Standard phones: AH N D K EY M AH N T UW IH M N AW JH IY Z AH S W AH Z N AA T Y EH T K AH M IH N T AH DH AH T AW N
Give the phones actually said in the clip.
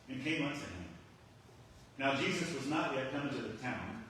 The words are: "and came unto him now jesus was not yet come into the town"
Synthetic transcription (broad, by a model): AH N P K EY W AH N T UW IH M N AW JH IY Z AH S W AH Z N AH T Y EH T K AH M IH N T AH DH AH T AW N